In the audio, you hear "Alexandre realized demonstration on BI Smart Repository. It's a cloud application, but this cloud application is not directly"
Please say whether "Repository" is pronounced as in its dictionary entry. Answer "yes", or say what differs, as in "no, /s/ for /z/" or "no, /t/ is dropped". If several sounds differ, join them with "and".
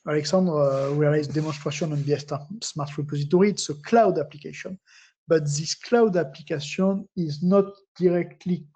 yes